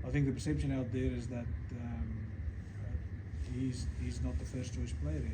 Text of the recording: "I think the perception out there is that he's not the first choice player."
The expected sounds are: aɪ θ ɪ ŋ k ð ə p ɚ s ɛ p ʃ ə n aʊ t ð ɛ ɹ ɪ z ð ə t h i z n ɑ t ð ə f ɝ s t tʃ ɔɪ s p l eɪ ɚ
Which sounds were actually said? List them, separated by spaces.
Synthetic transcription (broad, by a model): aɪ θ ɪ ŋ k ð ə p ɚ s ɛ p ʃ ə n aʊ t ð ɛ ɹ ɪ z ð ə t h i z n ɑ t ð ə f ɝ s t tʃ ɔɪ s p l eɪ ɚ